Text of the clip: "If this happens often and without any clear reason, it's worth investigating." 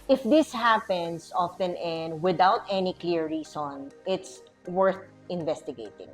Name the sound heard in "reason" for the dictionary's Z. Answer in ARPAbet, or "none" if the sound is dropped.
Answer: S